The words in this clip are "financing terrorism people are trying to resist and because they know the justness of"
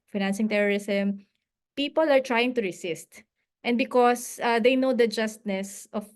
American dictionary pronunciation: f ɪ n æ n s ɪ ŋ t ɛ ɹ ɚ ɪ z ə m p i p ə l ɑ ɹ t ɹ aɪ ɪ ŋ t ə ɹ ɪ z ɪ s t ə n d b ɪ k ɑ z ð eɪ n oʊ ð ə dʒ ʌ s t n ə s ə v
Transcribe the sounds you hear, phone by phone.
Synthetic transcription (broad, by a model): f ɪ n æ n s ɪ ŋ t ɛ ɹ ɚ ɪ s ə m p i p ə l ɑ ɹ t ɹ aɪ ɪ ŋ t ə ɹ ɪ s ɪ s t ə n d b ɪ k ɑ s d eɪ n oʊ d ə dʒ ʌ s t n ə s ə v